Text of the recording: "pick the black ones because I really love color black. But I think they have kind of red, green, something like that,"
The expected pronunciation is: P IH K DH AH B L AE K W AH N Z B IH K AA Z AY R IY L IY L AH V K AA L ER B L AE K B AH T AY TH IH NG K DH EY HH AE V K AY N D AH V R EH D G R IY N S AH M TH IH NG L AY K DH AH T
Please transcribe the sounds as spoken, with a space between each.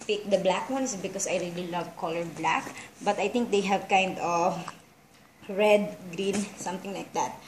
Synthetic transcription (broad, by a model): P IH K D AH B L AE K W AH N S B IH K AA S AY R IY L IY L AH V K AA L ER B L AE K B AH T AY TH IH NG K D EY HH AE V K AY N D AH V R EH D G R IY N S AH M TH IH NG L AY K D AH T